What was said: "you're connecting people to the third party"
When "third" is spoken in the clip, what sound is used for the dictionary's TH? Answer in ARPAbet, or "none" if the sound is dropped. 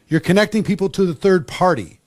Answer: TH